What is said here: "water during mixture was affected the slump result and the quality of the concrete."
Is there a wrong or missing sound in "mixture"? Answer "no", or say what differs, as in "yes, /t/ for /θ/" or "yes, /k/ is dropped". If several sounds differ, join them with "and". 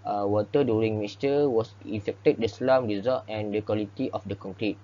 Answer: yes, /k/ is dropped